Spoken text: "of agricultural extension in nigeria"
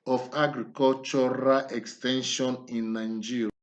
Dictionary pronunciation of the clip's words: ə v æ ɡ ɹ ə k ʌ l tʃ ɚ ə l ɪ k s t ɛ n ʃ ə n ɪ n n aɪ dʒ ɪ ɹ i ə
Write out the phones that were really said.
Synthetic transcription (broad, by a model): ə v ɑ ɡ ɹ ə k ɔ l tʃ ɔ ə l ɪ k s t ɛ n ʃ ə n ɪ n n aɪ dʒ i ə